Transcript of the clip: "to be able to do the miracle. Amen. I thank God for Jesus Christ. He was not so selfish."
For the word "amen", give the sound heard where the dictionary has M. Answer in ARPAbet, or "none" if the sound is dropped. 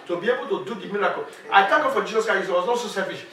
none